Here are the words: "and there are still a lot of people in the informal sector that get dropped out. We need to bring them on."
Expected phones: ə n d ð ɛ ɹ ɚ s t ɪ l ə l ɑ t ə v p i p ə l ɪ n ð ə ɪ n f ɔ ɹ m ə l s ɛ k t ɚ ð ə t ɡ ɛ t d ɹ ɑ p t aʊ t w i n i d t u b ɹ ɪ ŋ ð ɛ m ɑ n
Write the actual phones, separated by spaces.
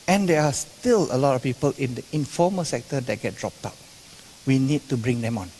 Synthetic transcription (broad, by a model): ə n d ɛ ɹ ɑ s t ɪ l ə l ɑ t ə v p i p ə l ɪ n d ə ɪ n f ɔ m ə l s ɛ k t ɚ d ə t ɡ ɛ t d ɹ ɑ p t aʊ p w i n i d t u b ɹ ɪ ŋ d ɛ m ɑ n